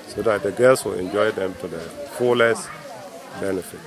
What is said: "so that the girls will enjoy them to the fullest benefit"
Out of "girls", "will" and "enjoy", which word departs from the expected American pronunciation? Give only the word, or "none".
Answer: girls